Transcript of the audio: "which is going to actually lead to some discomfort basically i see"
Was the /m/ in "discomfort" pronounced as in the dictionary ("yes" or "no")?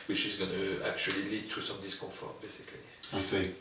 no